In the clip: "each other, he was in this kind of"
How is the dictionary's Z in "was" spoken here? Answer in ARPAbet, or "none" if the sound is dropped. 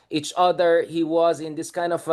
Z